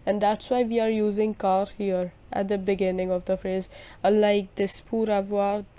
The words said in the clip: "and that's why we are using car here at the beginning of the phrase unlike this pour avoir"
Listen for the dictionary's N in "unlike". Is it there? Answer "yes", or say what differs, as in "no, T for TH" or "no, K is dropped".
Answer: no, N is dropped